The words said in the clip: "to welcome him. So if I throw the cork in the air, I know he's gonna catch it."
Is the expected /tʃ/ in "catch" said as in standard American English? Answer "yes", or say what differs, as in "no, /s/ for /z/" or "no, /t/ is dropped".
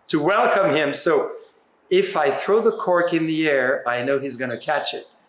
yes